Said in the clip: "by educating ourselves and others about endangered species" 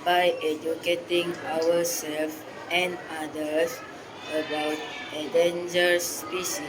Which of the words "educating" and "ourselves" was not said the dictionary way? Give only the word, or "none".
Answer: ourselves